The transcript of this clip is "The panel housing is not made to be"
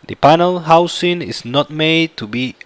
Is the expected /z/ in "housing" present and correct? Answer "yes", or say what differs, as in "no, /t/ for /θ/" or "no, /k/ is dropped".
no, /s/ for /z/